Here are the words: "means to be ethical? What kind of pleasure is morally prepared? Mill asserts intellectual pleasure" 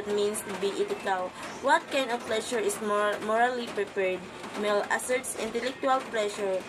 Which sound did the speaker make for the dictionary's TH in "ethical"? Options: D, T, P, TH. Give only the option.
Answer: T